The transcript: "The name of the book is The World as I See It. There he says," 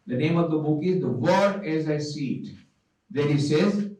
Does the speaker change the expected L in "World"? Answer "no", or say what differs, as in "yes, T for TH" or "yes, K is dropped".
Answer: yes, L is dropped